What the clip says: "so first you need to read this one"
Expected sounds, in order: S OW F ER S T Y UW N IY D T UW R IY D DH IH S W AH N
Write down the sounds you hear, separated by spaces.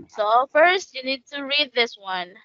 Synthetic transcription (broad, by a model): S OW F ER S T Y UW N IY D T UW R IY D DH IH S W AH N